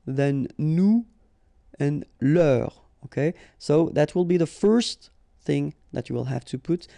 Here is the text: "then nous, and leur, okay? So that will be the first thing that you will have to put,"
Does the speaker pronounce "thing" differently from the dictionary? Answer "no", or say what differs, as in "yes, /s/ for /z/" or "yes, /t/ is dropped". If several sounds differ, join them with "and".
no